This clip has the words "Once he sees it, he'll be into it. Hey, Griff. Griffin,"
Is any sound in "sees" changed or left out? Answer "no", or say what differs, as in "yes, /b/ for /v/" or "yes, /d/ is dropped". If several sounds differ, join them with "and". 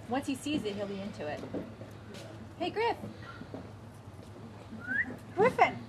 no